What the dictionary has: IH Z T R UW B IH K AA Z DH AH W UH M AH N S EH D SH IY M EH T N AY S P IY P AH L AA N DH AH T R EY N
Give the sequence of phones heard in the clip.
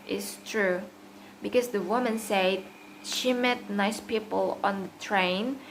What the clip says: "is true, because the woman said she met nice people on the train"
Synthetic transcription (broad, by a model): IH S T R UW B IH K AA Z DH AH W UH M AH N S EH D SH IY M EH T N AY S P IY P AH L AA N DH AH T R EY N